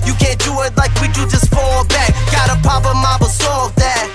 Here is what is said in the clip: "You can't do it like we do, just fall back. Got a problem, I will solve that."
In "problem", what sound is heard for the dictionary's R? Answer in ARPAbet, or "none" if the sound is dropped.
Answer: none